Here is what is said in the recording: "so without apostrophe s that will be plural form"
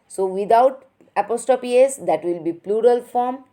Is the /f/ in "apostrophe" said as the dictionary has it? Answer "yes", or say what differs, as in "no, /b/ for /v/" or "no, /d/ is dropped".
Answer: no, /p/ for /f/